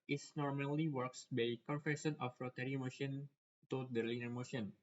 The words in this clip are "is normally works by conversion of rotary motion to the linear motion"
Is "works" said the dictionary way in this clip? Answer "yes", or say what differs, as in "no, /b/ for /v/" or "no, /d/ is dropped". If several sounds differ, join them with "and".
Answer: yes